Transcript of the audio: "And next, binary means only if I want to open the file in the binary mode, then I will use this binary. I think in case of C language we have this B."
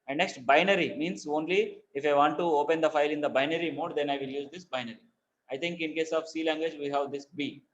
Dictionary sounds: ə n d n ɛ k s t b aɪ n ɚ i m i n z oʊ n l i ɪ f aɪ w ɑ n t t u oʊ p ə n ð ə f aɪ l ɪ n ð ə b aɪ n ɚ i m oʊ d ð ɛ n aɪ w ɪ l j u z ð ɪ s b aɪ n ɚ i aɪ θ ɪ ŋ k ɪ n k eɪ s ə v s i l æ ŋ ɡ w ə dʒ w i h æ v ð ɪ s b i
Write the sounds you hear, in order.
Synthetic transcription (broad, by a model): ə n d n ɛ k s t b aɪ n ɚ i m i n s oʊ n l i ɪ f aɪ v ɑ n t t u oʊ p ə n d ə f aɪ l ɪ n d ə b aɪ n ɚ i m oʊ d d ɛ n aɪ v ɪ l j u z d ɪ s b aɪ n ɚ i aɪ t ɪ ŋ k ɪ n k eɪ s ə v s i l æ ŋ ɡ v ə dʒ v i h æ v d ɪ s b i